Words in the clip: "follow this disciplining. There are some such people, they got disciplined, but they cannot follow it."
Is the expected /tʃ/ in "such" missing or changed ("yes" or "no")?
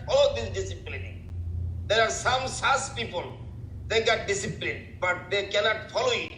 yes